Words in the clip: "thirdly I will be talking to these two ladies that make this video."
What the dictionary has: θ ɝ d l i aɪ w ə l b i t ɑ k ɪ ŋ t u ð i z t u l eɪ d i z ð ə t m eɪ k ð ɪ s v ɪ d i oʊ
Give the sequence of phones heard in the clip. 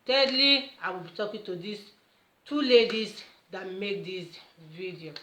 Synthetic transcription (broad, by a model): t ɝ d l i aɪ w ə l b i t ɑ k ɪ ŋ t u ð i s t u l eɪ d i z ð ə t m eɪ k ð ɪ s v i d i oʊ